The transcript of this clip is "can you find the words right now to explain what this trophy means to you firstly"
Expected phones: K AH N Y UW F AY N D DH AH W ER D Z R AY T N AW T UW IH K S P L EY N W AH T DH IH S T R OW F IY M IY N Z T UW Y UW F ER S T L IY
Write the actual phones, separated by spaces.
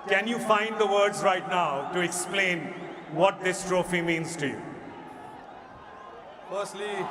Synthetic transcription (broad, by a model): K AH N Y UW F AY N D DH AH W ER D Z R AY T N AW T UW IH K S P L EY N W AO T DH IH S T R OW F IY M IY N Z T UW Y UW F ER S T L IY